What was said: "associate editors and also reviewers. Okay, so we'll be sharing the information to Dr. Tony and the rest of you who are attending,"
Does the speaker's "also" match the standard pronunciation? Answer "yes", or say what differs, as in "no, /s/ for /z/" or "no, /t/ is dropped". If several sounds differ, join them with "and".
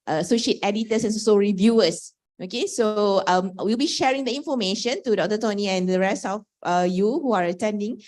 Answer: no, /l/ is dropped